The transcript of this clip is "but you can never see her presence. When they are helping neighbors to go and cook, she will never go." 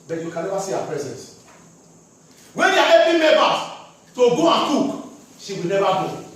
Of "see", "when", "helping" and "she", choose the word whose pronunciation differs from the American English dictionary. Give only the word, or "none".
helping